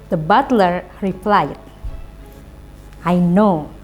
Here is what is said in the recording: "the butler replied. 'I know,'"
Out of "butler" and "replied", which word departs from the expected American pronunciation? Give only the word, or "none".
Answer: none